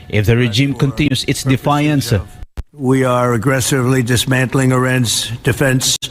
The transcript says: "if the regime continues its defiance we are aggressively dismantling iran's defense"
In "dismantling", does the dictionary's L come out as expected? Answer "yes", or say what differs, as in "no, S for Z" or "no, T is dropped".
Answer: yes